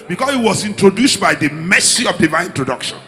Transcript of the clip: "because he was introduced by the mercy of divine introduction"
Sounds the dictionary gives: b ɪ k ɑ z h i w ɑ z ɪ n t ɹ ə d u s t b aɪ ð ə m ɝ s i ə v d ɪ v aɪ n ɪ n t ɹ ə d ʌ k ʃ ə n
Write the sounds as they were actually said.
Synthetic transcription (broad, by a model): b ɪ k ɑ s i w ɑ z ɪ n t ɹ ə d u s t b aɪ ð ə m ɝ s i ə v d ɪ v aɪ ɪ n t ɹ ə d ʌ k ʃ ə n